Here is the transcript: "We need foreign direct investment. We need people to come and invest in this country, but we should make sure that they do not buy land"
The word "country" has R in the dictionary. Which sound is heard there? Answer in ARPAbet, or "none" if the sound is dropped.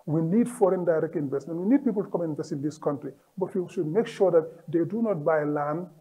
R